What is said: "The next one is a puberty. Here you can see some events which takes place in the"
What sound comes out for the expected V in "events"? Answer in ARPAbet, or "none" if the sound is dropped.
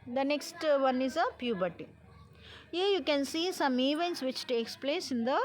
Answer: V